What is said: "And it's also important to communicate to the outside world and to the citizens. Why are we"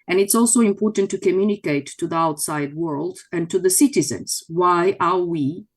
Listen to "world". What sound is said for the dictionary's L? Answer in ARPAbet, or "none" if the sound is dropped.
L